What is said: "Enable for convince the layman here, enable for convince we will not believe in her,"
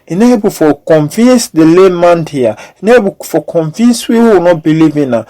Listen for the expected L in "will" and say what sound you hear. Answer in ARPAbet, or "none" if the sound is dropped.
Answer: W